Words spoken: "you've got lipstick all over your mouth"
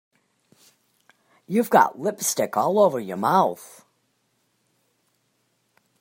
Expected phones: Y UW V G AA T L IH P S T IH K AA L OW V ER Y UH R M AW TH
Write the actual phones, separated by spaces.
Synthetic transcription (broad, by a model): Y UW V G AA T L IH P S T IH K AA L OW V ER Y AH R M AW TH